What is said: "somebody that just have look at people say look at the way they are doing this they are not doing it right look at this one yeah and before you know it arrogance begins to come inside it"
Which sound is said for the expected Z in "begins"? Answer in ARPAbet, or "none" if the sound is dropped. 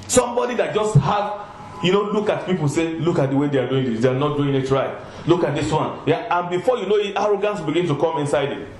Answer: none